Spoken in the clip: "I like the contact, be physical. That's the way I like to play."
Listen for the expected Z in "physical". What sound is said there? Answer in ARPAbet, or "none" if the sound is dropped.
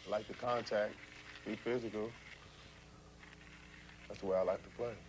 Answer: Z